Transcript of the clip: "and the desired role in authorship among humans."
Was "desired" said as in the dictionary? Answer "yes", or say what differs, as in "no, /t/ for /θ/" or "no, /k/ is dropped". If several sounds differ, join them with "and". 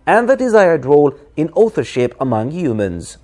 yes